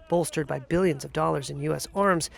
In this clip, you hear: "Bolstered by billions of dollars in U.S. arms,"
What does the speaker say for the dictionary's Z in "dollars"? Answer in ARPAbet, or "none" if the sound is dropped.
Z